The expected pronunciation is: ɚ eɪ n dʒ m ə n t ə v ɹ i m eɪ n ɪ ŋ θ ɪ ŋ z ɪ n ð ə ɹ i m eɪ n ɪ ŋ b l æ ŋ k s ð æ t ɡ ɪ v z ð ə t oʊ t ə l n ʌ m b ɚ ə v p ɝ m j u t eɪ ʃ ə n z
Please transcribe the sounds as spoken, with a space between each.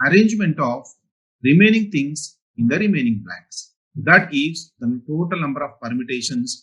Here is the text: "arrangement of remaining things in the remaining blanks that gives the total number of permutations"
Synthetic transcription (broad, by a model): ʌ eɪ n dʒ m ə n t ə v ɹ i m eɪ n ɪ ŋ t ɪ ŋ s ɪ n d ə ɹ i m eɪ n ɪ ŋ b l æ k s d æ t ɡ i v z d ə t oʊ t ə l n ʌ m b ɚ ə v p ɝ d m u t eɪ ʃ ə n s